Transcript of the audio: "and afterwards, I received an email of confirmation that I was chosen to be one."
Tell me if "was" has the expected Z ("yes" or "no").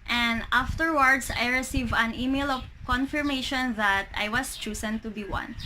no